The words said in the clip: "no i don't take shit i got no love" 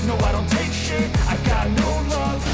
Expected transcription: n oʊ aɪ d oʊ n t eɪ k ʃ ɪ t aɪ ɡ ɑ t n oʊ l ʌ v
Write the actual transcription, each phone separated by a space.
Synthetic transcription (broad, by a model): n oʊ aɪ d oʊ n t eɪ k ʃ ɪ aɪ ɡ ɑ t n oʊ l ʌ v